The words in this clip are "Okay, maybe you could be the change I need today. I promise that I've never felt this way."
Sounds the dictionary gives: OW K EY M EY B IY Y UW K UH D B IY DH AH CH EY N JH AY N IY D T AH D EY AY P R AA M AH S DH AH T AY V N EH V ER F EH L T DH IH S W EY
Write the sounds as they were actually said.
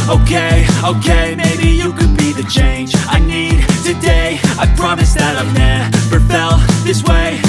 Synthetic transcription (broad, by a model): OW K EY M EY B IY Y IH K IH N B IY DH AH CH EY N JH AY N IY D T AH D EY AY P R AA M AH S DH AH T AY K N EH P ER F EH L DH IH S W EY